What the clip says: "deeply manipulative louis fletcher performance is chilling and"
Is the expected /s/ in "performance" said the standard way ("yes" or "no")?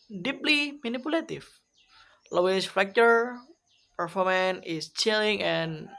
no